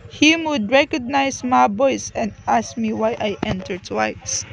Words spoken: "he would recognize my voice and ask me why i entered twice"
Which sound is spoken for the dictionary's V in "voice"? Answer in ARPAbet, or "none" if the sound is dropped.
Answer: B